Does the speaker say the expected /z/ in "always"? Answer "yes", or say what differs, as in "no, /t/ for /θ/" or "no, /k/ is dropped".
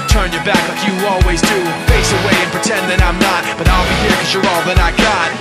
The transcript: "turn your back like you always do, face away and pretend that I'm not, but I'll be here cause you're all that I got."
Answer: yes